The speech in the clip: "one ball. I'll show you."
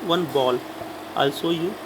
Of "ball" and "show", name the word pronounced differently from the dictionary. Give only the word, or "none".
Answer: show